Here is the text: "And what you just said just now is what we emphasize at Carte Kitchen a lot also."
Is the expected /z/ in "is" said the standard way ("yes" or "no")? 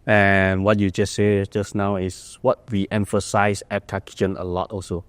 no